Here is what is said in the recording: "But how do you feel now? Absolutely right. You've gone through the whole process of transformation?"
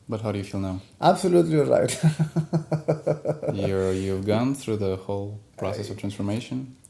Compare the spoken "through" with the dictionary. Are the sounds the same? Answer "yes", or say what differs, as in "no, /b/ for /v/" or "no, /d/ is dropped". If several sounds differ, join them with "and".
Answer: yes